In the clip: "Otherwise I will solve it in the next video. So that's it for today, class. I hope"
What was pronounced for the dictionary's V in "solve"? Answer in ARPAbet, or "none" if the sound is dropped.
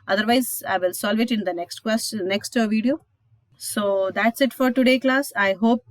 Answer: V